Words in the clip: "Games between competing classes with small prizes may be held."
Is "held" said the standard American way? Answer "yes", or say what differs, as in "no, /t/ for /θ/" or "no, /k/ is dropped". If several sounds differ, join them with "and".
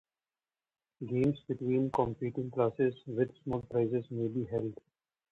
yes